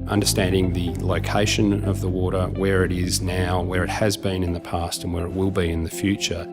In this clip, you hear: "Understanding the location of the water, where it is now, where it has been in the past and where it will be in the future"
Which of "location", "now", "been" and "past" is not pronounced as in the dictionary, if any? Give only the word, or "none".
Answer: none